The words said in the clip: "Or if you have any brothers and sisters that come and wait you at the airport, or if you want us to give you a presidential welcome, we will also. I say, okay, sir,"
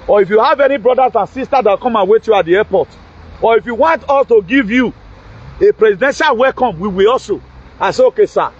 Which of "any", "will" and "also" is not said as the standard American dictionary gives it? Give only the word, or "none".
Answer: none